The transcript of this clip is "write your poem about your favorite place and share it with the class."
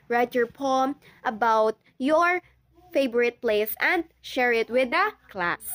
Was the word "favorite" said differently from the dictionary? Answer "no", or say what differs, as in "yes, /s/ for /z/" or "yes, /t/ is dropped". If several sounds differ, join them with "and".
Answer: yes, /b/ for /v/